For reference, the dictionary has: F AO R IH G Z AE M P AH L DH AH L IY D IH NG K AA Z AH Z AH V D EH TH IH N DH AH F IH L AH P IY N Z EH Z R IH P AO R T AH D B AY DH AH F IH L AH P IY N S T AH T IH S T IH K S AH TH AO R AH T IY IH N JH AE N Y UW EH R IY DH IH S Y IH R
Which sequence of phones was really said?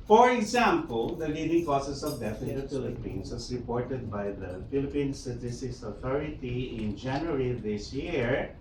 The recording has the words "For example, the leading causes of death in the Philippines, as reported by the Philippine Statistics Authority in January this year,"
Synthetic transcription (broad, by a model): F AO R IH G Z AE M P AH L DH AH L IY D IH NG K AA S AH S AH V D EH F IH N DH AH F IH L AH P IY N S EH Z R IH P AO R T AH D B AY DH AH F IH L AH P IY N S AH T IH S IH S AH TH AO R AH T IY IH N JH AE N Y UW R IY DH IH S Y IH R